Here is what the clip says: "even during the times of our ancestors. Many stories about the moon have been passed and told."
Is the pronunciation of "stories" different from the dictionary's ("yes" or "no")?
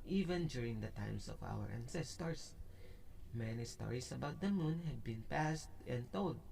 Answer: yes